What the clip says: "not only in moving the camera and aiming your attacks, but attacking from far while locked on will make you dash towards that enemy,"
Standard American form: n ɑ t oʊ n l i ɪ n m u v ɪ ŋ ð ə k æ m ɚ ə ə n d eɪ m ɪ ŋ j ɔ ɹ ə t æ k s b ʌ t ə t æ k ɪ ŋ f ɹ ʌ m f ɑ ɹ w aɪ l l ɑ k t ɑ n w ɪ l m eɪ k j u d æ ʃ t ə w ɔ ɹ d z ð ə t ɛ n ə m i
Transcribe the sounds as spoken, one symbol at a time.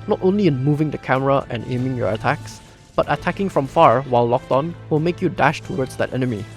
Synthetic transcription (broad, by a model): n ɑ t oʊ n l i ɪ n m u v ɪ ŋ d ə k æ m ɚ ə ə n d eɪ m ɪ ŋ j ɔ ɹ ə t æ k s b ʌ t ə t æ k ɪ ŋ f ɹ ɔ m f ɑ ɹ w aɪ l l ɑ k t ɑ n w ɪ l m eɪ k j u d æ ʃ t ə w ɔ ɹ d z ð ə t ɛ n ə m i